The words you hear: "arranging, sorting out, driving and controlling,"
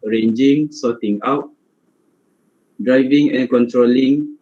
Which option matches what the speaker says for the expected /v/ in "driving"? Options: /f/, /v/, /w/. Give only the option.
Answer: /v/